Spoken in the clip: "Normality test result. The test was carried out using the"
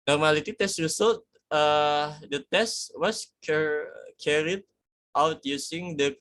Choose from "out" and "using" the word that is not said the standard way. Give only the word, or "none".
using